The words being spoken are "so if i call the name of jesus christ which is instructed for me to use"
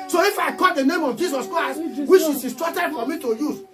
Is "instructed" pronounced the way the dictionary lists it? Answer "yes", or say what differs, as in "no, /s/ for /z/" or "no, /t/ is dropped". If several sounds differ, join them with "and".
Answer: no, /n/ is dropped